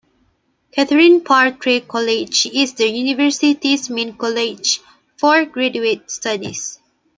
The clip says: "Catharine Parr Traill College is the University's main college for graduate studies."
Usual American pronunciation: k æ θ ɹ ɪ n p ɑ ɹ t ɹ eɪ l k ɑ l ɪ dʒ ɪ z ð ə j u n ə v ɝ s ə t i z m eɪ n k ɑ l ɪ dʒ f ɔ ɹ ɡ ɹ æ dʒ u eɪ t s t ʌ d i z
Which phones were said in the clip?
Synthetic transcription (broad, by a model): k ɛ t ɹ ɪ n p ɑ ɹ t ɹ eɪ k ɑ l ɪ dʒ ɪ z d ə j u n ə v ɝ s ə t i s m eɪ n k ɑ l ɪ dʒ f ɔ ɹ ɡ ɹ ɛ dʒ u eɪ t s t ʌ d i s